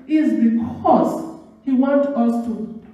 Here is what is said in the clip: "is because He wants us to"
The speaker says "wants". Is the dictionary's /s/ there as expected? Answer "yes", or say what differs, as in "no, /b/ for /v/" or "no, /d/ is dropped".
no, /s/ is dropped